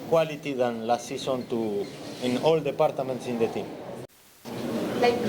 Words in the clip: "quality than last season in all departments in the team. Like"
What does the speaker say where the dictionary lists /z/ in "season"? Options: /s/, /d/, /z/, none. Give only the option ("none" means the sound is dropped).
/s/